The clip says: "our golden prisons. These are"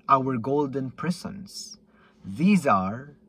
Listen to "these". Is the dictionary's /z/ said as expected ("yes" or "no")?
yes